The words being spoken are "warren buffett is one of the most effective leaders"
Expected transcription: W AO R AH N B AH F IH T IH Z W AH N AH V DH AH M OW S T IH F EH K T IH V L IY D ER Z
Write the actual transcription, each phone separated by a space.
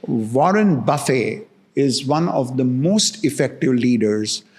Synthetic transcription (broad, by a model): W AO R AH N B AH F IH IH Z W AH N AH V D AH M OW S T IH F EH K T IH V L IY D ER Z